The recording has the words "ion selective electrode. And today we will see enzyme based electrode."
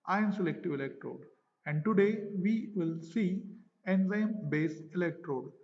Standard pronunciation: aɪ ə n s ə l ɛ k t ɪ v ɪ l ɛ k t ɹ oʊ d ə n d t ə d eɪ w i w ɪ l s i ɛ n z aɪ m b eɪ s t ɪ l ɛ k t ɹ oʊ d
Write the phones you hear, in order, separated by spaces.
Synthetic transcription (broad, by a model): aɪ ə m s ə l ɛ k t ɪ v ɪ l ɛ k t ɹ oʊ d ə n d t ə d eɪ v i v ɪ l s i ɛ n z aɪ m b eɪ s ɪ l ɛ k t ɹ oʊ d